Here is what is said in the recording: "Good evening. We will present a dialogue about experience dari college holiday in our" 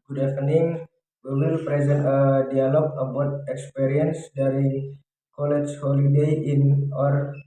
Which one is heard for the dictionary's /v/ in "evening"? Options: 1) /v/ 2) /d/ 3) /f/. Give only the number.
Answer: 3